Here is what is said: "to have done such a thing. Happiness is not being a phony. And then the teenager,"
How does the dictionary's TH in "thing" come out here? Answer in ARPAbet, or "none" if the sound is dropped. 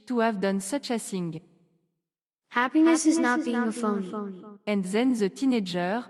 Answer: S